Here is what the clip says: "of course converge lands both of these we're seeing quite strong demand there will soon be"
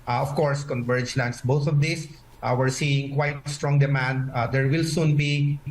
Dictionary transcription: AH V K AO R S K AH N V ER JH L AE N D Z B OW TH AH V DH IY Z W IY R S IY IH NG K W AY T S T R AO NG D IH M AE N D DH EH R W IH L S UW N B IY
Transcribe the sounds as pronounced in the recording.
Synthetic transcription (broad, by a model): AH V K AO R S K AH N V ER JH L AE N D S B OW T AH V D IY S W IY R S IY IH NG K W AY T S T R AO NG D IH M AE N D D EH R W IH L S UW N B IY